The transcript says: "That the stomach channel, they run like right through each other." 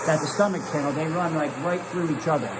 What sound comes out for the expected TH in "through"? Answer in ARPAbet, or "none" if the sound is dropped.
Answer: TH